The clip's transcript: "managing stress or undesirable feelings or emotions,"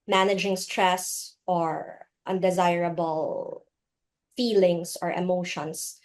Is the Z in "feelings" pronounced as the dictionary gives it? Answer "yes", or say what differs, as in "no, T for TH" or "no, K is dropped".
no, S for Z